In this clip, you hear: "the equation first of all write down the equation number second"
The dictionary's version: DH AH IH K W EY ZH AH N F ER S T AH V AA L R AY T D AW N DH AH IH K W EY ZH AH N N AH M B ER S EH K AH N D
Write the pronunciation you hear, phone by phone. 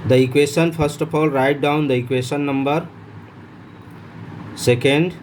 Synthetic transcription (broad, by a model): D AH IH K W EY SH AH N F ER S T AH P AA L R AY T D AW N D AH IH K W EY S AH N N AH M B ER S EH K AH N D